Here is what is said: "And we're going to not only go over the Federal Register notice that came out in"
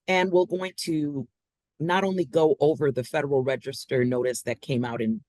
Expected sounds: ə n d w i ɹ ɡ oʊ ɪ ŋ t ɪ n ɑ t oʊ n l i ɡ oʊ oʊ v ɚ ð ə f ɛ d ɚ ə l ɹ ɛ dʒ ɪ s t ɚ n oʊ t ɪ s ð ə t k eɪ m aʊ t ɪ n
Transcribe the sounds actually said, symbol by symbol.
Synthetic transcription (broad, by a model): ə n w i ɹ ɡ oʊ ɪ ŋ t ɪ n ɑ t oʊ n l i ɡ oʊ oʊ v ɚ ð ə f ɛ d ɚ l ɹ ɛ dʒ ɪ s t ɚ n oʊ t ɪ s ð ə t k eɪ m aʊ t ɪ n